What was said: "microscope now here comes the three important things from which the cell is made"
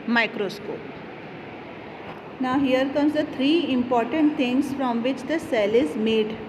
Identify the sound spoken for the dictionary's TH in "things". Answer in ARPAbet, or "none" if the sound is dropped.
T